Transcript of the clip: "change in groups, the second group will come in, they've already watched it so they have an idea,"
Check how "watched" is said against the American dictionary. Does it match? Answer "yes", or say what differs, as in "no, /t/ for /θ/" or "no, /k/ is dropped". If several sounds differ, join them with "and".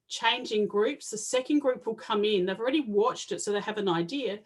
yes